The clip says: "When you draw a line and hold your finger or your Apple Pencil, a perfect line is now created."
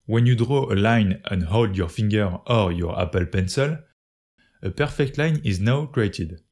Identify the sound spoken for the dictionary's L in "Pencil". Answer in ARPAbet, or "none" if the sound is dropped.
L